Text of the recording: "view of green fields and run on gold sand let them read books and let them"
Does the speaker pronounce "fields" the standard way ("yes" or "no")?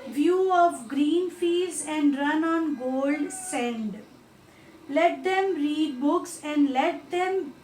no